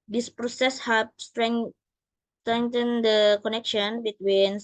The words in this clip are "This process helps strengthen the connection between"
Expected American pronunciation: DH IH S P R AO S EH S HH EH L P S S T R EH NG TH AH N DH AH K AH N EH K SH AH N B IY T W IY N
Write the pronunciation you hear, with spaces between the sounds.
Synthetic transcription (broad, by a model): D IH S P R AO S EH S HH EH P S S T R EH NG T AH N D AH K AH N EH K SH AH N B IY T W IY N